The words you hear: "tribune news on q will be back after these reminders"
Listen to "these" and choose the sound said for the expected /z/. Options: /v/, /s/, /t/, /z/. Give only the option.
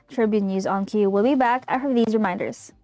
/z/